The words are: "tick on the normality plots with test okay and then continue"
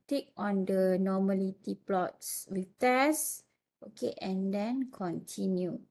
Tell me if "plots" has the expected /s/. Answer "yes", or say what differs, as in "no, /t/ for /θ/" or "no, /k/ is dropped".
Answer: yes